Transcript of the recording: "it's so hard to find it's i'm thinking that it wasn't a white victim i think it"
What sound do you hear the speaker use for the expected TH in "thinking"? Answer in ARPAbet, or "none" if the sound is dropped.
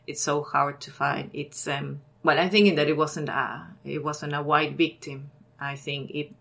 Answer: TH